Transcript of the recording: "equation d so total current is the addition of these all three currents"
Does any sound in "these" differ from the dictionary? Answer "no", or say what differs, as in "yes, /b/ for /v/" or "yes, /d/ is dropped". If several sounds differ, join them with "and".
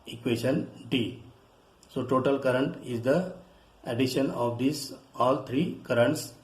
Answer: yes, /s/ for /z/